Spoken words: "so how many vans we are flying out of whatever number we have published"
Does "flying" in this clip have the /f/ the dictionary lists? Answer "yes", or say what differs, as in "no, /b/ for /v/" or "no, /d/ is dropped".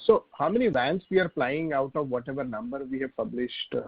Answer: no, /p/ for /f/